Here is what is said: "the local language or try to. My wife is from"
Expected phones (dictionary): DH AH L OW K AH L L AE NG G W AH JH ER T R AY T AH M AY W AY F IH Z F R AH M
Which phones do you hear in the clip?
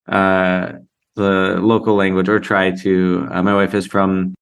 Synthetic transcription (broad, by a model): DH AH L OW K L L AE NG G W AH JH ER T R AY T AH M AY W AY F IH Z F R AH M